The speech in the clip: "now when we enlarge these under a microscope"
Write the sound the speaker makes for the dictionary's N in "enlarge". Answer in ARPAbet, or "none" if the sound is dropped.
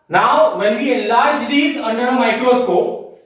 none